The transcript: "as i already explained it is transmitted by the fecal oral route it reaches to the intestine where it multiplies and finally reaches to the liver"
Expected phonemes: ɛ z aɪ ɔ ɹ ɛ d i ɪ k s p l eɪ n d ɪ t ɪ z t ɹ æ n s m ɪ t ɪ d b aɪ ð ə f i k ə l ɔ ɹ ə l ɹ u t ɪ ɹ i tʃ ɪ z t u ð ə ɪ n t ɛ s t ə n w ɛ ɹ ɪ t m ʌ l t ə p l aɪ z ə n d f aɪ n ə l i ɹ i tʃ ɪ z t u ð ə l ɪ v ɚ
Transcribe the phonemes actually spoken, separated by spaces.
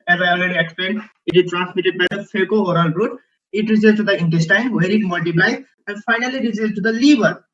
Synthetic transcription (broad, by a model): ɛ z aɪ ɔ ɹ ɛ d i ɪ k s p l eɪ n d ɪ t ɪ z t ɹ æ n s m ɪ t ɪ d b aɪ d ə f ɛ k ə ɔ ɹ ə l ɹ u t ɪ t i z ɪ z t u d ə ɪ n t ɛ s t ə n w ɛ ɹ ɪ t m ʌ l t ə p l aɪ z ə n f aɪ n ə l i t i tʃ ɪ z t u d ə l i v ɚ